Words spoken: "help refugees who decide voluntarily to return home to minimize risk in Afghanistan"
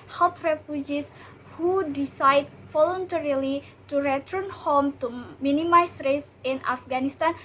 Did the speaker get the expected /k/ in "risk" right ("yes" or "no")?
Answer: no